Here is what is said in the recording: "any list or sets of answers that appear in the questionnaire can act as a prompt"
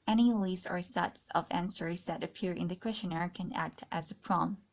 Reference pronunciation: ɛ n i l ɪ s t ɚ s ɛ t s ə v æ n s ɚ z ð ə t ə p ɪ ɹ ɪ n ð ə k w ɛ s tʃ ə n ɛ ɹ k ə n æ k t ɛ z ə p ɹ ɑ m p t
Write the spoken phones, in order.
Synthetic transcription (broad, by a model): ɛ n i l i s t ɚ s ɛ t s ə v æ n s ɚ z ð ə t ə p ɪ ɹ ɪ n ð ə k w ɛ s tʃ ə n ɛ ɹ k ə n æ k t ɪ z ə p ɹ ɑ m